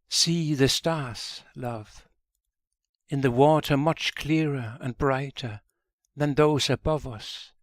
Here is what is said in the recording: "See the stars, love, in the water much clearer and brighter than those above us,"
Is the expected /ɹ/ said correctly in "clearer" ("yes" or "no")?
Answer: yes